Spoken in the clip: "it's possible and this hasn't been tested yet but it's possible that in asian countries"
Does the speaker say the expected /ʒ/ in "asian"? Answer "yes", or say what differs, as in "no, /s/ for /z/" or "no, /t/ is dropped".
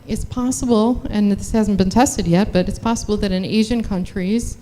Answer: yes